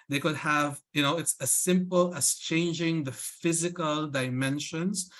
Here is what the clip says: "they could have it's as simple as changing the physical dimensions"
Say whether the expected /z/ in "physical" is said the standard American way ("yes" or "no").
yes